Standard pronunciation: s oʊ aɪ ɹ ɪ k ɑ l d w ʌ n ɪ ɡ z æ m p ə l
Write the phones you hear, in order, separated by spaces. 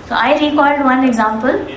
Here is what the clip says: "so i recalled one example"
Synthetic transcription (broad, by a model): s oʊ aɪ ɹ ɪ k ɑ d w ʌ n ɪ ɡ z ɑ m p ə l